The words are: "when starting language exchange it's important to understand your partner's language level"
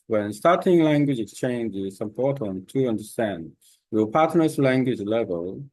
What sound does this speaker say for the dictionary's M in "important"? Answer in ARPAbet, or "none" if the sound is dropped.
none